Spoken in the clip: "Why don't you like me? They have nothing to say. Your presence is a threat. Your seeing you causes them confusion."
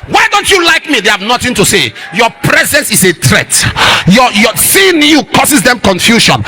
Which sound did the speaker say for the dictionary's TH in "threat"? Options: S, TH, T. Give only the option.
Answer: T